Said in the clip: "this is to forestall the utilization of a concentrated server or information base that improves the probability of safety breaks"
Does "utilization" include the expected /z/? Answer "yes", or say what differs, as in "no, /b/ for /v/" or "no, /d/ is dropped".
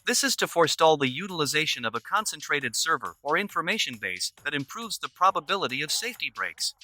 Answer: yes